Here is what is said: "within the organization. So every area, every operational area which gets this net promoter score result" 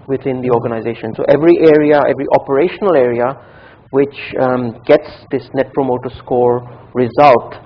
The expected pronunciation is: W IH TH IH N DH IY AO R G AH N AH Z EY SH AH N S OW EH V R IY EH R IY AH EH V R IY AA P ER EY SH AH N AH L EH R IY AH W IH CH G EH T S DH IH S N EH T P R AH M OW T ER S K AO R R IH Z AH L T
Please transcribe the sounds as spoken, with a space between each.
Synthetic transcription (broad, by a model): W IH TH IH N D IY AO R G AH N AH Z EY SH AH N S OW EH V R IY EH R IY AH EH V R IY AA P ER EY SH AH N AH L EH R IY AH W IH CH G EH T S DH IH S N EH T P R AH M OW T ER S K AO R R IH Z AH L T